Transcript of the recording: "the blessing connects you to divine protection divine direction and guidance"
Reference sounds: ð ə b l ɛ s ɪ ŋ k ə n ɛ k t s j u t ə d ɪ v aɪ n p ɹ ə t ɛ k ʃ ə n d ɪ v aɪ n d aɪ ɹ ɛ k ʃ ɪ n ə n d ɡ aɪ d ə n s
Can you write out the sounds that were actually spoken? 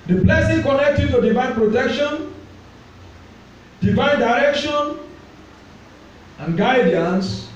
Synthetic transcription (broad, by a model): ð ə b l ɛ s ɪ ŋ k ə n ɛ k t j u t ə d ɪ v aɪ n p ɹ ə t ɛ k ʃ ə n d ɪ v aɪ n d aɪ ɹ ɛ k ʃ ɪ n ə n ɡ aɪ d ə n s